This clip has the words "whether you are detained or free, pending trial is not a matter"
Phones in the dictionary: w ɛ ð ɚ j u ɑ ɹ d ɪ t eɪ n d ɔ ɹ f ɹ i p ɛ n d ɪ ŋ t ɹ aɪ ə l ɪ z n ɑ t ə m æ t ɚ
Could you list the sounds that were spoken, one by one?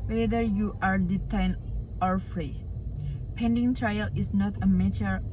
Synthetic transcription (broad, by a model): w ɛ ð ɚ j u ɑ ɹ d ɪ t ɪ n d ɔ ɹ f ɹ i p ɛ n d ɪ ŋ t ɹ aɪ ə l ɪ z n ɑ t ə m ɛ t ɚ